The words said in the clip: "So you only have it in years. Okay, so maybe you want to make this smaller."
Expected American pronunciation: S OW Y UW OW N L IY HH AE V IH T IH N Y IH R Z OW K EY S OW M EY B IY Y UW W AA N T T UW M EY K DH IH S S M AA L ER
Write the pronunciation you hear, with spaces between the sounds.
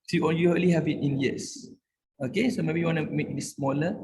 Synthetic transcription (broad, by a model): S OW Y UW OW L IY HH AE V IH T IH N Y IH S OW K EY S OW M EY B IY Y UW W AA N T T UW M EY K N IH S S M AA L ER